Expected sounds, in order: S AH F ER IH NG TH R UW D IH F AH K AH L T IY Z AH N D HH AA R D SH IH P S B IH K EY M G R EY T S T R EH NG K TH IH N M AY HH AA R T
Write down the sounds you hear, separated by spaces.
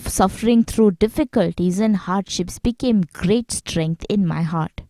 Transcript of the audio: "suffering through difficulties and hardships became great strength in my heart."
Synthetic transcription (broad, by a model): S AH F ER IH NG T R UW D IH F AH K AH L T IY Z AH N D HH AA R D SH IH P S B IH K EY M G R EY T S T R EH NG K T IH N M AY HH AA R T